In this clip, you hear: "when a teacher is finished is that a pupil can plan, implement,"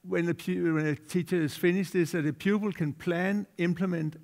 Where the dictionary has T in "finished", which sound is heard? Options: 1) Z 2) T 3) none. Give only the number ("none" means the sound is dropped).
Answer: 3